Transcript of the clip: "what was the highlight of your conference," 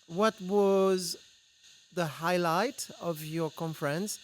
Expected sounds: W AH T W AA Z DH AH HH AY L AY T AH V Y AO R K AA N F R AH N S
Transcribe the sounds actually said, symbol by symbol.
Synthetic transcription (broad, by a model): W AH T W AA Z DH AH HH AY L AY T AH V Y AO R K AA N F R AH N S